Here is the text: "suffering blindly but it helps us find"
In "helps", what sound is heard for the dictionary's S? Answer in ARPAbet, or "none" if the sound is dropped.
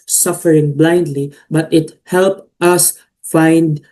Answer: none